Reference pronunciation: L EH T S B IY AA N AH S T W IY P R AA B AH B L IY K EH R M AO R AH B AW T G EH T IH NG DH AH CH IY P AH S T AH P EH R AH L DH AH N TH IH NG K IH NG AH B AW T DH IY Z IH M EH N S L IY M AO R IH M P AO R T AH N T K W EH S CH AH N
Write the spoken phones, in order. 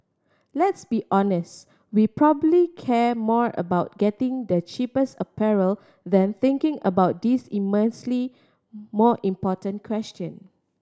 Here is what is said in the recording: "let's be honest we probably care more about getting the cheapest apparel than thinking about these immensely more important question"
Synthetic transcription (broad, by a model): L EH T S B IY AA N AH S T W IY P R AA B AH B L IY K EH M AO R AH B AW T G EH T IH NG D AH CH IY P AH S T AH P EH R AH L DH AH N TH IH NG K IH NG AH B AW T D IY S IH M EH N S L IY M AO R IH M P AO T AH N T K W EH S CH AH N